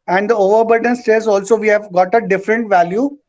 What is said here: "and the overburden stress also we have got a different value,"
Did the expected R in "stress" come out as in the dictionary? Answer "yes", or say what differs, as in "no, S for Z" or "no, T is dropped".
no, R is dropped